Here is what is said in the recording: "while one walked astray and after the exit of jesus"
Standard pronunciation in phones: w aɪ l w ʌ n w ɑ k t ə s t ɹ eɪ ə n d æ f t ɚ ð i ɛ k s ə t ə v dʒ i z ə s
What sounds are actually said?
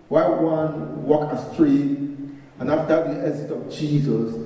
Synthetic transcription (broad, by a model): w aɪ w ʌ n w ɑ k ə s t ɹ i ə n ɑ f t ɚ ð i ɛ s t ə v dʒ i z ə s